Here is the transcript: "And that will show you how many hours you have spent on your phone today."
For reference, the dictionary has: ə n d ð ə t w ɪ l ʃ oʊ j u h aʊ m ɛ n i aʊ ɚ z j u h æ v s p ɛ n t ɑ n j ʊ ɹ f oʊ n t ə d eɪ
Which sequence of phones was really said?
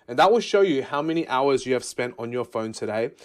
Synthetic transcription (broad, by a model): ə n ð ə t w ɪ l ʃ oʊ j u h aʊ m ɛ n i aʊ ɚ z j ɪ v s p ɛ n t n j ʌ ɹ f oʊ n t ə d eɪ